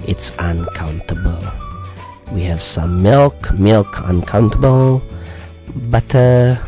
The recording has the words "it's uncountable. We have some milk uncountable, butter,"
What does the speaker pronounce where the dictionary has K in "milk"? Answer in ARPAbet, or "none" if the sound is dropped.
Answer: K